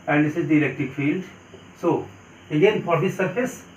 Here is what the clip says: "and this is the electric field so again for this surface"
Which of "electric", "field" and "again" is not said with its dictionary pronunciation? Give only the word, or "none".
electric